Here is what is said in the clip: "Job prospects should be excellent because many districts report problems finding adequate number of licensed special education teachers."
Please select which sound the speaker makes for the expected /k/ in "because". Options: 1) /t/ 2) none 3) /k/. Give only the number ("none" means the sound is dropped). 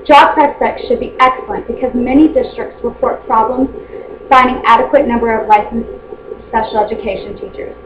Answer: 3